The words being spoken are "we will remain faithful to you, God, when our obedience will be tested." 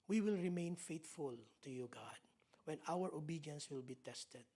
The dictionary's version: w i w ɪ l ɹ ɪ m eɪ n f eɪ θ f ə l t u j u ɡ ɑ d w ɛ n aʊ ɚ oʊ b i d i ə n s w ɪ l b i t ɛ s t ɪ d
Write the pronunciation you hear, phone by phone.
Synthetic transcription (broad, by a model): w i w ɪ l ɹ ɪ m eɪ n f eɪ t f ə l t u j u ɡ ɑ d w ɛ n aʊ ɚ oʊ b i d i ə n s w ɪ l b i t ɛ s t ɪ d